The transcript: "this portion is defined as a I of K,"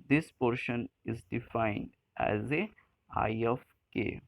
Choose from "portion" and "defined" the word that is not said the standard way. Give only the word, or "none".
none